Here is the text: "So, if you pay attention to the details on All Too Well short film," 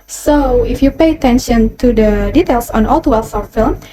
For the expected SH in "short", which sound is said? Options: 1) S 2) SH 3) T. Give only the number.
1